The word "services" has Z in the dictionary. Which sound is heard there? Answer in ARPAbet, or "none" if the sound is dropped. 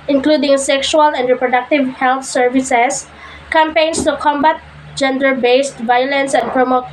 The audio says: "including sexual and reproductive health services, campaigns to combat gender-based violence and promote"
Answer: S